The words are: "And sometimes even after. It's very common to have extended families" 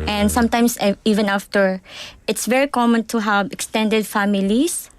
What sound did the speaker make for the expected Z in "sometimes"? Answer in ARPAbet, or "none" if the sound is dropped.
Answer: S